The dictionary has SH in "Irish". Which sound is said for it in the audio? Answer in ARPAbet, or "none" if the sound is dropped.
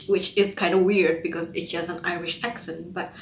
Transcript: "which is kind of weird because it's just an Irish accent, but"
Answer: SH